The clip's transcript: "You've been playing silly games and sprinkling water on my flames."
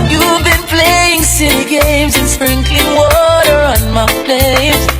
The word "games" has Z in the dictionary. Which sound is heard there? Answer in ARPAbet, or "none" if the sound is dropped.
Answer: Z